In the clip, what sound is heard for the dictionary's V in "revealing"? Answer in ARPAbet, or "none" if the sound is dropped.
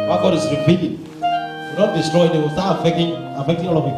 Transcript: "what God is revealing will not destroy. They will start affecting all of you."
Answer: P